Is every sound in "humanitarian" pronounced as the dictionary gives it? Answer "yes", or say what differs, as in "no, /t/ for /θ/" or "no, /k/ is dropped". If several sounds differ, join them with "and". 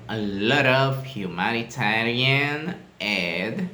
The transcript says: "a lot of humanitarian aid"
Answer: no, /l/ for /ɹ/